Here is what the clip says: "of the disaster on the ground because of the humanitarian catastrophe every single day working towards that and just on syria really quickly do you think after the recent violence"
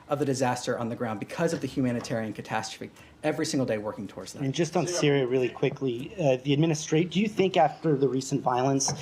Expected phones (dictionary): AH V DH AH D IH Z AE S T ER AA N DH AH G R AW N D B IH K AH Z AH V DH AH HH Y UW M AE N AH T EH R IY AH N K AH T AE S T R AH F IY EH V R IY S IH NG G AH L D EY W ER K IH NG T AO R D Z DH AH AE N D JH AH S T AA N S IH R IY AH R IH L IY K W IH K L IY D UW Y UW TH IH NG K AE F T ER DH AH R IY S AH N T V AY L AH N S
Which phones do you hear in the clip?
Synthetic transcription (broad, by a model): AH V DH AH D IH Z AE S T ER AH N DH AH G R AW N B IH K AH Z AH V DH AH HH Y UW M AE N AH T EH R IY AH N K AH T AE S T R AH F IY EH V R IY S IH NG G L D EY W ER K IH NG T AO R D Z DH AH N JH AH S T N S IH R IY AH R IH L IY K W IH K L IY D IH Y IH TH IH NG K AE F T ER DH AH R IY S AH N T V AY L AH N S